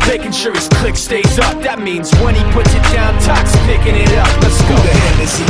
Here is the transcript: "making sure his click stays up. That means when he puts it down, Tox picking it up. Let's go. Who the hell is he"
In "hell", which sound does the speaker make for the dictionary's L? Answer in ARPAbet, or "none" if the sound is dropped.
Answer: N